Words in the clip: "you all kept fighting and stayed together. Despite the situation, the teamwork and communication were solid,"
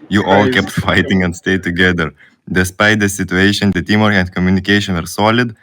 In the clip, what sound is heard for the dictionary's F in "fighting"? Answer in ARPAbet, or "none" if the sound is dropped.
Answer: F